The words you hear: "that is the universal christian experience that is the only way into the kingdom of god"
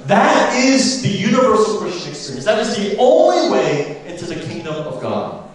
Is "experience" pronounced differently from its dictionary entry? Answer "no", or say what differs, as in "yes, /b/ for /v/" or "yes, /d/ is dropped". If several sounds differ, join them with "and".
yes, /p/ is dropped